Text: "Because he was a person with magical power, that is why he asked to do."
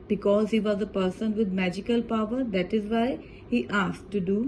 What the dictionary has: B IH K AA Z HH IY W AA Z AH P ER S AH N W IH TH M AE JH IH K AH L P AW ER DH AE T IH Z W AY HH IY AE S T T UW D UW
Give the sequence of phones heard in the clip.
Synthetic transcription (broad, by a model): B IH K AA Z HH IY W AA Z AH P ER S AH N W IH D M AE JH IH K AH L P AW ER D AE T IH Z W AY HH IY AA S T T UW D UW